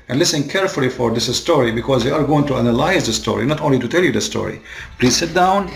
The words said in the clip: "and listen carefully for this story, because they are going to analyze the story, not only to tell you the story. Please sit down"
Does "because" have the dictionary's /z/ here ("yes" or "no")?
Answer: yes